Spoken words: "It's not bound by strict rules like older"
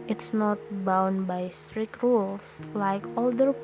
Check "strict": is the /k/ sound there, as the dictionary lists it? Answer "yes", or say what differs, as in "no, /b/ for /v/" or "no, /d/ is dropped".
yes